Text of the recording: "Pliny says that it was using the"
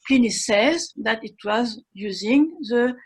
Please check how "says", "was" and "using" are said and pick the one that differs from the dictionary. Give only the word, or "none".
none